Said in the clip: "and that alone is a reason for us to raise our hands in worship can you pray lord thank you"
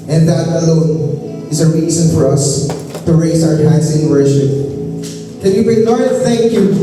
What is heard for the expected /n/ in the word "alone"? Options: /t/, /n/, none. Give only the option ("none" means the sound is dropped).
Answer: /n/